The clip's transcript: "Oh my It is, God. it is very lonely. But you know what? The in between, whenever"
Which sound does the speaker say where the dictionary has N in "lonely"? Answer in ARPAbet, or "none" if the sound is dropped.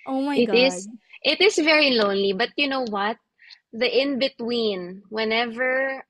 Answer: N